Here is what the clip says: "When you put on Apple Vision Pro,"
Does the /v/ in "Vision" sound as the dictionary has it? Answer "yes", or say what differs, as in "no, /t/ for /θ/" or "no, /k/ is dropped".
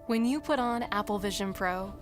yes